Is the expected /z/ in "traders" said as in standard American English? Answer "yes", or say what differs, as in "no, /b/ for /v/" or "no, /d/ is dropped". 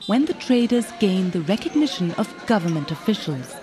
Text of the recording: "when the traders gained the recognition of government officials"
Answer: yes